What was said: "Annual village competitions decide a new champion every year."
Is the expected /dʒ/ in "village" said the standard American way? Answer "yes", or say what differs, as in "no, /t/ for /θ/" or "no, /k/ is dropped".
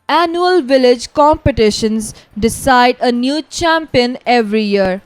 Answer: yes